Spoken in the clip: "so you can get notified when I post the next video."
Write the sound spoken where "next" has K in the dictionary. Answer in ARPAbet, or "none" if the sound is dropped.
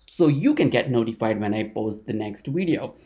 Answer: K